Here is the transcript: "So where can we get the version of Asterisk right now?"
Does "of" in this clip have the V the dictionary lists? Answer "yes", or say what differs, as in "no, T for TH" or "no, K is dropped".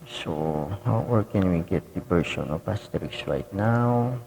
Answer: no, P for V